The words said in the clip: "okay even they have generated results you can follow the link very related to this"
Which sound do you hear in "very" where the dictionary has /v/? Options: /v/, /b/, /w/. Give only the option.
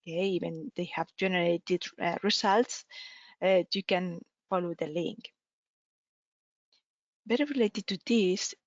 /b/